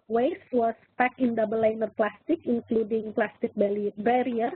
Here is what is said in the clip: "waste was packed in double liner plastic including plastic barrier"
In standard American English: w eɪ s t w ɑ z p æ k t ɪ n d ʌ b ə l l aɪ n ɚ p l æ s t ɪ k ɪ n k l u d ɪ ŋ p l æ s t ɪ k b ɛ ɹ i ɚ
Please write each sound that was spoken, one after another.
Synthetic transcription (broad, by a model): w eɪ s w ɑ s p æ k ɪ n d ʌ b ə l l aɪ n ɚ p l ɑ s t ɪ k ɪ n k l u d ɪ ŋ p l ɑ s t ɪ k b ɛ ɹ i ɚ